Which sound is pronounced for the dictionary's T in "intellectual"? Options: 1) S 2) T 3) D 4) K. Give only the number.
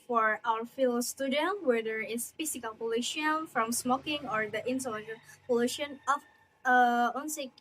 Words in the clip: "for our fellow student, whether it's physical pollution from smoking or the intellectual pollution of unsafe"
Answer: 1